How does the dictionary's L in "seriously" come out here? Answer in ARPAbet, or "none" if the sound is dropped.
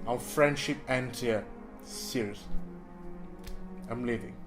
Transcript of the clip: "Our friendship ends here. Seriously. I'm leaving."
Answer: none